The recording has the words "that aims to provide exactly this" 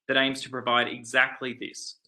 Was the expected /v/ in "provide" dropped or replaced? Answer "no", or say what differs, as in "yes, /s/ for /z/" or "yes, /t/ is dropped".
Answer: no